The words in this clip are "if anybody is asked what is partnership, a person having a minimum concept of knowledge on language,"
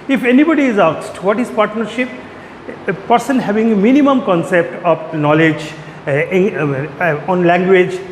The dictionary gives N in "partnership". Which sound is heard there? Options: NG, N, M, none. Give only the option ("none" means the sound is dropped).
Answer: N